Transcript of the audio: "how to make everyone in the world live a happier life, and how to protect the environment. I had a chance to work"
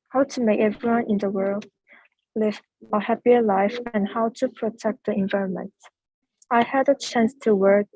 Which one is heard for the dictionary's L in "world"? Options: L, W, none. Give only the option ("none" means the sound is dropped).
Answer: L